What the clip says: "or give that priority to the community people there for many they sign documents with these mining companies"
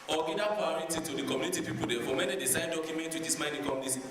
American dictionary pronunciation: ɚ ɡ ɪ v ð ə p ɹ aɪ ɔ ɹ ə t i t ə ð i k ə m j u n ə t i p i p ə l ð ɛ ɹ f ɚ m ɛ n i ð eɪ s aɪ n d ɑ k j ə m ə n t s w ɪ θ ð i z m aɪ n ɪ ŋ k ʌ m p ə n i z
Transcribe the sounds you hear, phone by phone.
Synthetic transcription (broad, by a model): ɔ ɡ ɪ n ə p aɪ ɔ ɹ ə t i t ə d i k ə m j u n ə t i p i p ə l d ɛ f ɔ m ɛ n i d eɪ s aɪ n d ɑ k j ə m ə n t w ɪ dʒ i s m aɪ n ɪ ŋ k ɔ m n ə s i